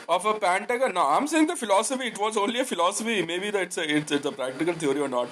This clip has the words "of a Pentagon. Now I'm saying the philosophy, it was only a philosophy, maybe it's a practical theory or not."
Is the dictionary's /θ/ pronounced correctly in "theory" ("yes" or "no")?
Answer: no